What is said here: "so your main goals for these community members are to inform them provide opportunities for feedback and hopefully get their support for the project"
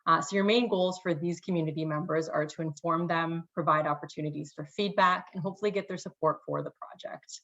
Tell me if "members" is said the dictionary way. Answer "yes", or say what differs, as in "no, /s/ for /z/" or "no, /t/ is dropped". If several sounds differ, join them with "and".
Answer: yes